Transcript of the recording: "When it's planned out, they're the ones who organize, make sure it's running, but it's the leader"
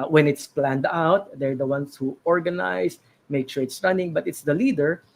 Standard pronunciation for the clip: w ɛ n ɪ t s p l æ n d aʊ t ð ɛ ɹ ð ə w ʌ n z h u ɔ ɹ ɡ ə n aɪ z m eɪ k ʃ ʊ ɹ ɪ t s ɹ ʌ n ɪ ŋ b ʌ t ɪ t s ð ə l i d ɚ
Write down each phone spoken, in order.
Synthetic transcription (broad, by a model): w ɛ n ɪ t s p l æ n d aʊ t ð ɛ ɹ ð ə w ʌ n s h u ɔ ɹ ɡ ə n aɪ s m eɪ k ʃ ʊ ɹ ɪ t s ɹ ʌ n ɪ ŋ b ʌ t ɪ t s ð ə l i d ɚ